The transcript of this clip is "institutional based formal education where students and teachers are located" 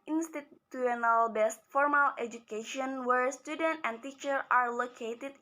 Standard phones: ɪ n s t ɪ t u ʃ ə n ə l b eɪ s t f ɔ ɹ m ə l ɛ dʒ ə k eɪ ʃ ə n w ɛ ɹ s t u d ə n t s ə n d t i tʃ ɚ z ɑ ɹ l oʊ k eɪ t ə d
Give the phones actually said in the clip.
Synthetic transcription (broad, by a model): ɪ n s t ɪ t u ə n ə l b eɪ s t f ɔ ɹ m ə l ɛ dʒ ə k eɪ ʃ ə n w ɛ ɹ s t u d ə n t ə n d t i tʃ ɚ ɑ ɹ l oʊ k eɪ t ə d